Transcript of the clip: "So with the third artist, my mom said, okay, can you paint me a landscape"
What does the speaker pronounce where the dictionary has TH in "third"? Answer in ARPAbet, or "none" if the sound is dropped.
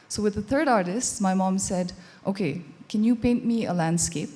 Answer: TH